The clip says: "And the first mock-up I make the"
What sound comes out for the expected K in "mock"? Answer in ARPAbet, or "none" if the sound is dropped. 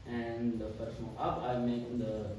none